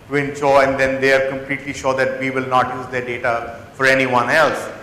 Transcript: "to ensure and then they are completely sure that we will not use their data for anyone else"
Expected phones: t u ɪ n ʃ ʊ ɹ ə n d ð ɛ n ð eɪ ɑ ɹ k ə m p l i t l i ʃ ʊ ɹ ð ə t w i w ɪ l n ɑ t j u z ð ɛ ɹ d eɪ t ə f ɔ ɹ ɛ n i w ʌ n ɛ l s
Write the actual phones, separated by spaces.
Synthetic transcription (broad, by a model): t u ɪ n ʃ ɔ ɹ ə n d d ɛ n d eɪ ɑ ɹ k ə m p l i t l i ʃ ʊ ɹ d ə t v i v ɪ l n ɑ t j u z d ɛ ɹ d eɪ t ə f ɔ ɹ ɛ n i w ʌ n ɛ l s